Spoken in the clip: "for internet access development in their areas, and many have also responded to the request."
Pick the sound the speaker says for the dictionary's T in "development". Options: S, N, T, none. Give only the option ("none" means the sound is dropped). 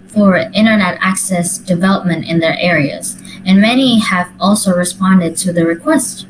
T